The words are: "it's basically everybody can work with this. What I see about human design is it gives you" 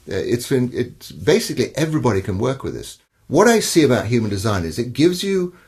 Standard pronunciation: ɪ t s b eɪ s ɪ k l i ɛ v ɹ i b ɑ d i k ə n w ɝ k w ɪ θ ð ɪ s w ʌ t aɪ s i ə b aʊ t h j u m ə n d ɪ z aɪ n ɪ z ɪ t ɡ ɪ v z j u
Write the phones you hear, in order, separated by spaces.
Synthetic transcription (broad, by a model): ɪ t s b eɪ s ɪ k l i ɛ v ɹ i b ɑ d i k ə n w ɝ k w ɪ ð ɪ s w ʌ t aɪ s i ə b aʊ t h j u m ə n d ɪ z aɪ n ɪ z ɪ t ɡ ɪ v z j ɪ